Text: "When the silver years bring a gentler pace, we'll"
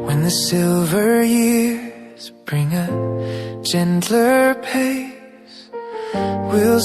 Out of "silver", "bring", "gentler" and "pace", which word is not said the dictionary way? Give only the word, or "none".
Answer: none